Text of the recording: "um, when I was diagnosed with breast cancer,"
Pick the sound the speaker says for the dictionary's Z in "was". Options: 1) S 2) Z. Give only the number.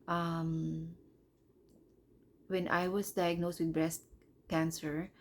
1